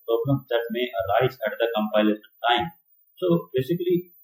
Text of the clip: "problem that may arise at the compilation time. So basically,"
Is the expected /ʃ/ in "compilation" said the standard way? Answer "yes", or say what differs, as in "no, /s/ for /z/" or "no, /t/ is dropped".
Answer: no, /s/ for /ʃ/